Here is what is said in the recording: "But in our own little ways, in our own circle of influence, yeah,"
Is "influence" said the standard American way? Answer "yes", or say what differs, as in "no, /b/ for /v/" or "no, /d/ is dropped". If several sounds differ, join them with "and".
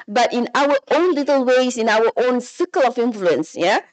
yes